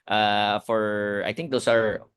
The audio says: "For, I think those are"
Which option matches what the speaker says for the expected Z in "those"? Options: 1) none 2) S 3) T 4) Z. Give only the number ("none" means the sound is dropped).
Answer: 2